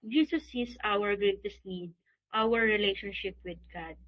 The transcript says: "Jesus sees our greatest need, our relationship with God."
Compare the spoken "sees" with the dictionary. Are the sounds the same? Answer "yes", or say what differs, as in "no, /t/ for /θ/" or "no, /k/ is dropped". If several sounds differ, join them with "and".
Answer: no, /s/ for /z/